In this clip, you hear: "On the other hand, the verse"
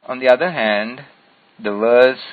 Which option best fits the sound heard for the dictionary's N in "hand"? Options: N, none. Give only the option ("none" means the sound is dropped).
N